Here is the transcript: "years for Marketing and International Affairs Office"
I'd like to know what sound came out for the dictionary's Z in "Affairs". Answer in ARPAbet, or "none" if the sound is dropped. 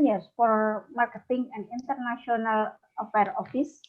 none